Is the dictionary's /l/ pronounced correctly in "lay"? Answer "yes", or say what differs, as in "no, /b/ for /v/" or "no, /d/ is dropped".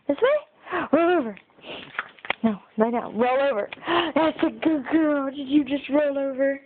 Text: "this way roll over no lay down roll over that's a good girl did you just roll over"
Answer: no, /n/ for /l/